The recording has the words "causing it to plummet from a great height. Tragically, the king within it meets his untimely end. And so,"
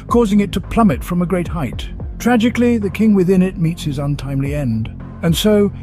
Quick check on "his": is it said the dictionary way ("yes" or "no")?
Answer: yes